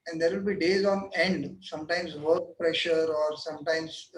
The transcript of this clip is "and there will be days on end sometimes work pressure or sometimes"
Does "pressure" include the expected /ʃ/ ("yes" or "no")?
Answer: yes